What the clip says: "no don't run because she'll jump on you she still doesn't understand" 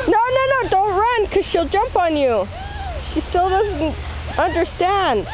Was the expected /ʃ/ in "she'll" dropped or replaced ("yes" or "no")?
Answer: no